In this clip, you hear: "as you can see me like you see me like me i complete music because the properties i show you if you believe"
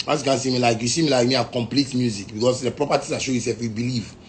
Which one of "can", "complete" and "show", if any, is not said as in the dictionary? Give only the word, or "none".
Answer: none